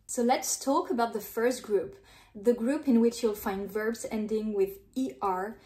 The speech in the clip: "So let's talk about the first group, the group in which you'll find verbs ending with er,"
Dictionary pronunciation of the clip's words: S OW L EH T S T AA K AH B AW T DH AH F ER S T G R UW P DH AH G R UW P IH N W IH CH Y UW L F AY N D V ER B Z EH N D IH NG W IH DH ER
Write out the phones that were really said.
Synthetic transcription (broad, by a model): S OW L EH T S T AA K AH B AW T DH AH F ER S T G R UW P DH AH G R UW P IH N W IH CH Y UW L F AY N D V ER B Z EH N D IH NG W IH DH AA